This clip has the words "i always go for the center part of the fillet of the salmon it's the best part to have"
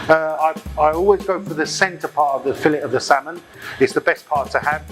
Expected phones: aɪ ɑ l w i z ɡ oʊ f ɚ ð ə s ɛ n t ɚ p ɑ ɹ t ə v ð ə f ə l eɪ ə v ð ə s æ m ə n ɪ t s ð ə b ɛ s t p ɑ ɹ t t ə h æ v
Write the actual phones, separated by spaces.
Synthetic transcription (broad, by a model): aɪ ɑ l w i z ɡ oʊ f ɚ ð ə s ɛ n t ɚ p ɑ t ə v ð ə f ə l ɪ ə v ð ə s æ m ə n ɪ t s ð ə b ɛ s p ɑ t t ə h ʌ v